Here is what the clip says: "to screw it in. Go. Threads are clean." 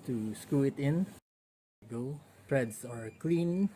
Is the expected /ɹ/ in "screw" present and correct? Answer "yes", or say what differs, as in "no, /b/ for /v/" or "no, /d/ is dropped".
no, /ɹ/ is dropped